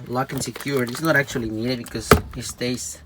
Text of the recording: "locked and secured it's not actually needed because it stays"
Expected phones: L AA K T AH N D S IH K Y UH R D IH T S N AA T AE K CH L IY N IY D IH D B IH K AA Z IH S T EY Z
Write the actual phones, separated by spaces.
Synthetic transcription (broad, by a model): L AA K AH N S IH K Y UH R IH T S N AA T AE K CH IY L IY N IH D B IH K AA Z IH S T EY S